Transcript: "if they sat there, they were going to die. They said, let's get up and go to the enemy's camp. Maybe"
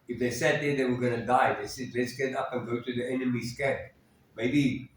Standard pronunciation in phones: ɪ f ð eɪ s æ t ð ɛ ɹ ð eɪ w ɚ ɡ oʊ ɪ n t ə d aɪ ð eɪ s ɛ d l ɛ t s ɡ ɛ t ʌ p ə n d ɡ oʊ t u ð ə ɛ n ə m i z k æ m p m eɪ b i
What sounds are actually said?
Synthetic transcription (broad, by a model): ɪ f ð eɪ s æ t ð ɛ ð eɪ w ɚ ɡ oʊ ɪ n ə d aɪ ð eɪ s ɛ d l ɛ t s ɡ ɛ t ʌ p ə n ɡ oʊ t u ð ə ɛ n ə m i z k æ p m eɪ b i